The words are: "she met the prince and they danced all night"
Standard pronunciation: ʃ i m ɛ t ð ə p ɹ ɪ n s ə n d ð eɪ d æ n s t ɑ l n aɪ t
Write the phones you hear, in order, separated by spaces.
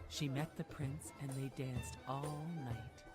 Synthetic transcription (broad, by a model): ʃ i m ɛ t ð ə p ɹ ɪ n s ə n ð eɪ d æ n s t ɑ l n aɪ t